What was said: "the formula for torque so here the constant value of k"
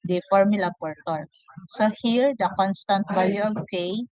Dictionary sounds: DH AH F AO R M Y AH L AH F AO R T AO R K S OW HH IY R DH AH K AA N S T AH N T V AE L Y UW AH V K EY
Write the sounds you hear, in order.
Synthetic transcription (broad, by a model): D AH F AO R M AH L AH P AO R T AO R S OW HH IY R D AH K AA N S T AH N T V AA Y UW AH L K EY